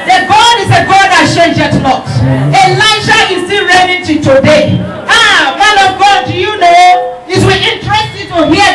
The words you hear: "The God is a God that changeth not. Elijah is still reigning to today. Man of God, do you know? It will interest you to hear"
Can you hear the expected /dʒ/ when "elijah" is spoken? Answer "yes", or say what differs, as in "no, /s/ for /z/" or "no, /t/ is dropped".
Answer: no, /ʃ/ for /dʒ/